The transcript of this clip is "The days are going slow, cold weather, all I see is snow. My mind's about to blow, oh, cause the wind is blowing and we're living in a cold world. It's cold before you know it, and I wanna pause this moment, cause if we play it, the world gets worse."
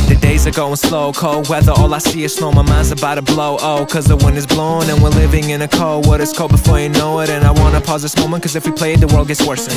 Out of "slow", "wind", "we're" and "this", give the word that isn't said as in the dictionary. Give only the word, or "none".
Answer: wind